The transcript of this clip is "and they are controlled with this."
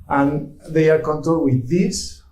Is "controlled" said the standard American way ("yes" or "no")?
no